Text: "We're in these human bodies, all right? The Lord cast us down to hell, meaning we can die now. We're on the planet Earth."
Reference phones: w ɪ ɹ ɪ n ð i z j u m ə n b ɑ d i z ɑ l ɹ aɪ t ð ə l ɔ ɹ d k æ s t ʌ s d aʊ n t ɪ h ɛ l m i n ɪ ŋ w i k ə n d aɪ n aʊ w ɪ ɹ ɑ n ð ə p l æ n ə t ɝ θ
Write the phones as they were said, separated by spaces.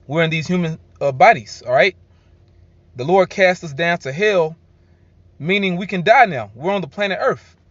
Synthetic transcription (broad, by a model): w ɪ ɹ ɪ n ð i z j u m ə n b ɑ d i z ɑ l ɹ aɪ t ð ə l ɔ ɹ d k æ s t ʌ s d aʊ n t ɪ h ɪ l m i n ɪ ŋ w i k ə n d aɪ n aʊ w ɪ ɹ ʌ n ð ə p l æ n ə t ɝ θ